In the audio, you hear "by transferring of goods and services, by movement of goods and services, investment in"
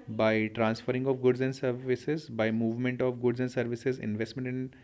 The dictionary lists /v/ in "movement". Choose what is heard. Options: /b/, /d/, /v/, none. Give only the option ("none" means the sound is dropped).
/v/